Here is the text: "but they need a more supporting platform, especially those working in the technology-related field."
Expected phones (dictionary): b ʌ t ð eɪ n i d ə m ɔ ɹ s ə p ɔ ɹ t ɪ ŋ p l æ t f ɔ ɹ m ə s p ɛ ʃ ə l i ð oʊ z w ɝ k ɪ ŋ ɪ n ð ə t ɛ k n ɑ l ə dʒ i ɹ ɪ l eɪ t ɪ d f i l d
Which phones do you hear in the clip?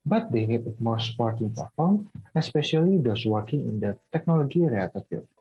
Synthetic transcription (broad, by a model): b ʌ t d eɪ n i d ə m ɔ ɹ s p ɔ ɹ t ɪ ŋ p æ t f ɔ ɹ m ə s p ɛ ʃ ə l i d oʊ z w ɝ k ɪ ŋ ɪ n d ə t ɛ k n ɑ l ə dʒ i ɹ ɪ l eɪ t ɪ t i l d